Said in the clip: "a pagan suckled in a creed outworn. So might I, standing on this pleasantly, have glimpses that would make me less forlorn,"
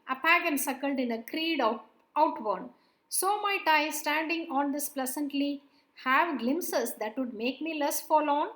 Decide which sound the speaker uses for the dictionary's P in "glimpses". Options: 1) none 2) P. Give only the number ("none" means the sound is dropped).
1